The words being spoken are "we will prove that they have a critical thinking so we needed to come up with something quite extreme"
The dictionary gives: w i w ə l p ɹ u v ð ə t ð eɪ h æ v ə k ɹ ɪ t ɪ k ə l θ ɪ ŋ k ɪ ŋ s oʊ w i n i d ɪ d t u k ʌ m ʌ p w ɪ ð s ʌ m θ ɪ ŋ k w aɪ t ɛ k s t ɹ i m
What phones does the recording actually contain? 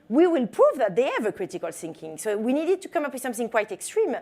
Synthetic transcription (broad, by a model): w i w ə l p ɹ u v ð ə t ð eɪ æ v ə k ɹ ɪ t ɪ k ə l θ ɪ ŋ k ɪ ŋ s oʊ w i n i d ɪ d t u k ʌ m ʌ p w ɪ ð s ʌ m θ ɪ ŋ k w aɪ t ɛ k s t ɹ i m